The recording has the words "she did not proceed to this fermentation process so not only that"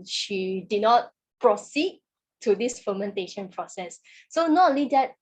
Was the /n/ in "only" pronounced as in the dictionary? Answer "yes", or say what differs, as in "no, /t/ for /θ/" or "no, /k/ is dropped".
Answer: no, /n/ is dropped